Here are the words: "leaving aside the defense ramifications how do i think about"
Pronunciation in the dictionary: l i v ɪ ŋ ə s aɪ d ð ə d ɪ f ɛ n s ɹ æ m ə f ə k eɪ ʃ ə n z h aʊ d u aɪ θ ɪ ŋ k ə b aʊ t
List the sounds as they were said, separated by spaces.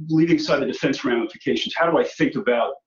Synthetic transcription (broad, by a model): l i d ɪ ŋ s aɪ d ð ə d ɪ f ɛ n s ɹ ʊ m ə f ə k eɪ ʃ n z h aʊ d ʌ aɪ θ ɪ ŋ k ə b aʊ t